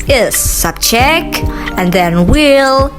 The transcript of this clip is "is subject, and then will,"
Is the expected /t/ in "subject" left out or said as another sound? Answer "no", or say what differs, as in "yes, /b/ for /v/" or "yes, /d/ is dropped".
yes, /t/ is dropped